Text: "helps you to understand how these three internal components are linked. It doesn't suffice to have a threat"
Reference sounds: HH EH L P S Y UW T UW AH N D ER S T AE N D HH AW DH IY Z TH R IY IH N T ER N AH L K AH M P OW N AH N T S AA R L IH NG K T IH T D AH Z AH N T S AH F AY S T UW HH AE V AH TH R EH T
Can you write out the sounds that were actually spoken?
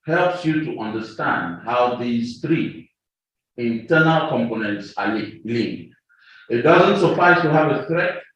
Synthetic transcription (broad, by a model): HH EH L P S Y UW T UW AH N D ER S T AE N D HH AW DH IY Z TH R IY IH N T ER N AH L K AH M P OW N AH N T S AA L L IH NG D IH T D AH Z AH N T S AH F AY S T UW HH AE V AH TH R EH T